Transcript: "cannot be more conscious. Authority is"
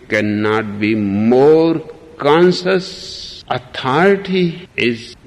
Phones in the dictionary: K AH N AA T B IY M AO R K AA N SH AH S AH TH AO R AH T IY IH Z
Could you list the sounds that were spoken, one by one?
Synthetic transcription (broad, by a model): K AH N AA T B IY M AO R K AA N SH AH S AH T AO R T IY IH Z